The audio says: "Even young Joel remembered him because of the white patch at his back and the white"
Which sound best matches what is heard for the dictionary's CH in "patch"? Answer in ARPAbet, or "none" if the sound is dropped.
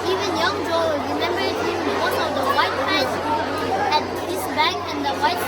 S